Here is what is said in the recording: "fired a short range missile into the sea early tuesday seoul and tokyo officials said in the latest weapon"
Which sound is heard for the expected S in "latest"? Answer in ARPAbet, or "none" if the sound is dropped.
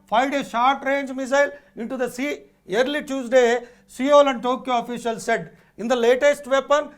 S